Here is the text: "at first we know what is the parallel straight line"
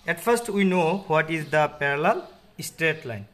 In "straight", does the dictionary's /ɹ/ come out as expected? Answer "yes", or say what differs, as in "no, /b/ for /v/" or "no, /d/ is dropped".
yes